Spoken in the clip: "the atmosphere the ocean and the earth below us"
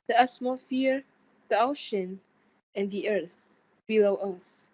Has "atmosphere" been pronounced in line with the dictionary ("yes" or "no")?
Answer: no